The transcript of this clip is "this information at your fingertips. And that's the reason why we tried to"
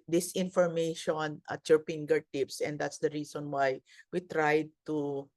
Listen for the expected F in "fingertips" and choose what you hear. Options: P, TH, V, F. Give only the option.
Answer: P